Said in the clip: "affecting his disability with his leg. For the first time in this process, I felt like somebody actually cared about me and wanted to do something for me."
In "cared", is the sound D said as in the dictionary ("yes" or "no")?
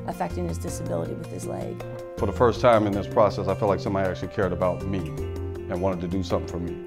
yes